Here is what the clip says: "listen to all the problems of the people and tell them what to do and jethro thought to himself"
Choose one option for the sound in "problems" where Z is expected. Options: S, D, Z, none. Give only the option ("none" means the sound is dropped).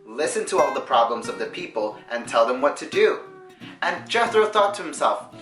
Z